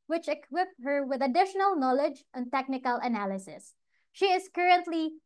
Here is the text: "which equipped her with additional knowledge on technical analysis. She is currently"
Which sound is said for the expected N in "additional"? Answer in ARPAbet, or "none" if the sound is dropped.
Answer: N